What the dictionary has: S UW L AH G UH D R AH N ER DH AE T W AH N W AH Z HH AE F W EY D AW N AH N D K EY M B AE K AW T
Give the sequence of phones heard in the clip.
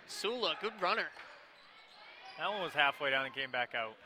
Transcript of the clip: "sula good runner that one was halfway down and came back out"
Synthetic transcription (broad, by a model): S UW L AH G UH D R AH N ER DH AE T W AH N W AH Z HH AE F W EY D AW N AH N K EY M B AE K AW T